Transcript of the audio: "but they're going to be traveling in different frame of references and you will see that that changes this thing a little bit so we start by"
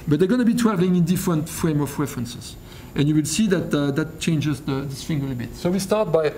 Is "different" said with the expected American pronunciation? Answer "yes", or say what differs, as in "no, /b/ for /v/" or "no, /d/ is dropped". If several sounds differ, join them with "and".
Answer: yes